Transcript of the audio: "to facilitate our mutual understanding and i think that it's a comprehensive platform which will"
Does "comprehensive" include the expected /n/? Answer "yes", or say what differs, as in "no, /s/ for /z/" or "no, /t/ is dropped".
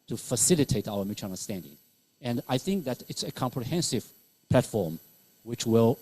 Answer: yes